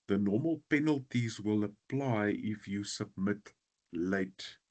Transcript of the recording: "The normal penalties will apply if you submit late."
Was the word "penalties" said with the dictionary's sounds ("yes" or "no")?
yes